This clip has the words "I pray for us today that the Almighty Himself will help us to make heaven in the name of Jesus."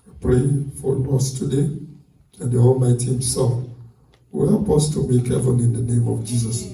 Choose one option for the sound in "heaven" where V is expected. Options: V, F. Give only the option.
F